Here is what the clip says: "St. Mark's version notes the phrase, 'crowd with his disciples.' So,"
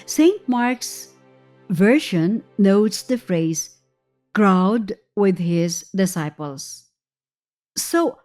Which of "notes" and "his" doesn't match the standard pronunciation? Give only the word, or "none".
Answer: none